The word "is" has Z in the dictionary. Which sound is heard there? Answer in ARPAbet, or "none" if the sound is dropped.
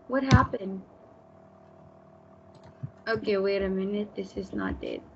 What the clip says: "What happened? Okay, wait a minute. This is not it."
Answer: Z